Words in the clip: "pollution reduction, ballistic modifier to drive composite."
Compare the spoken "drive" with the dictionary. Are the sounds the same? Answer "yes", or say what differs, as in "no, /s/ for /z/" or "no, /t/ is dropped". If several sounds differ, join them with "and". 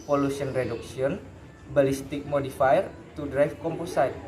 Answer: no, /f/ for /v/